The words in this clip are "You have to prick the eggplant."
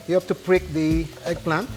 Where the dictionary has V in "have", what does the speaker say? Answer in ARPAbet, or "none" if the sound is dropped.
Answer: F